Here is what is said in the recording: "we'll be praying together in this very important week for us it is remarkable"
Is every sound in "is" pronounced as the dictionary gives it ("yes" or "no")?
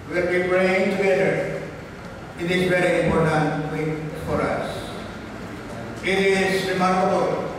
no